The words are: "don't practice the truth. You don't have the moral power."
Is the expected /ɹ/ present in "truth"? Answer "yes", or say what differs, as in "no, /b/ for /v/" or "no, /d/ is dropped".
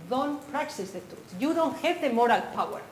no, /ɹ/ is dropped